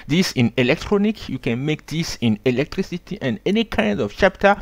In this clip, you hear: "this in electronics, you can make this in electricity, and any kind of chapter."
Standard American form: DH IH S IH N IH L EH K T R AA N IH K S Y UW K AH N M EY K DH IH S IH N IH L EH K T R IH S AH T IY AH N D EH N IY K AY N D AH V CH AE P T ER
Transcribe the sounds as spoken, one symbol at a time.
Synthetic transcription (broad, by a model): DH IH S IH N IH L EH K T R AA N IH K Y UW K AH N M EY K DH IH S IH N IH L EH K T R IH S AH T IY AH N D EH N IY K AY N D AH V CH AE P T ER